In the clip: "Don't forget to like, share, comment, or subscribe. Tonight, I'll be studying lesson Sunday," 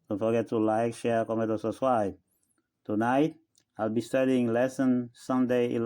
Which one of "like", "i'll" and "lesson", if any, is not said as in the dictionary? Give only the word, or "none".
none